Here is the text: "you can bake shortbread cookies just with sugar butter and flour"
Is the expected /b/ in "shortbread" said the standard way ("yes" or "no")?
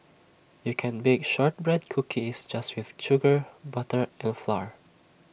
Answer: yes